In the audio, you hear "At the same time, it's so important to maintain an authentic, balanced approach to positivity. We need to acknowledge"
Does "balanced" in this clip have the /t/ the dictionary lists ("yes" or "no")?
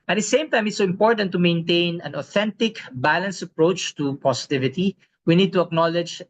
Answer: no